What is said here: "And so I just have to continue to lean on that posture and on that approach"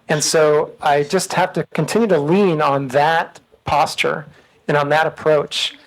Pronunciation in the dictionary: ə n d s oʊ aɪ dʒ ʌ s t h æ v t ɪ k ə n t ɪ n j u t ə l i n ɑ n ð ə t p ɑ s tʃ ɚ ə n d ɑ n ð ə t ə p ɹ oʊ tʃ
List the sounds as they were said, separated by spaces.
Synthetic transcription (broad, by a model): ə n s oʊ aɪ dʒ ʌ s t h æ f t ɪ k ə n t ɪ n j u t ə l i n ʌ n ð ə t p ɑ s tʃ ɚ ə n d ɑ n ð ə t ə p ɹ oʊ tʃ